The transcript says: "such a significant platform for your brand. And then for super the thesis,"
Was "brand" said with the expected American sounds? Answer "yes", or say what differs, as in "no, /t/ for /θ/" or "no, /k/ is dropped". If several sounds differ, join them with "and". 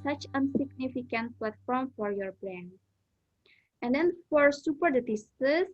no, /d/ is dropped